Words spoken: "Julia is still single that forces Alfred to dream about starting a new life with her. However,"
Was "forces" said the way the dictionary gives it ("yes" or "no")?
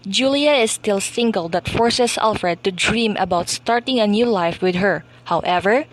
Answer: no